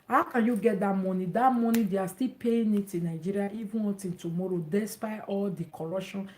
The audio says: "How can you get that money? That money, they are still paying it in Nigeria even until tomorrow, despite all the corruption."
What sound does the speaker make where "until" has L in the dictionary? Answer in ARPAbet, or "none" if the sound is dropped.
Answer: N